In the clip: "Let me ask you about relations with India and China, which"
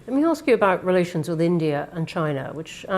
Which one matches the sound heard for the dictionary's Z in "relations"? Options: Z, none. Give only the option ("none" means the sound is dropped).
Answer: Z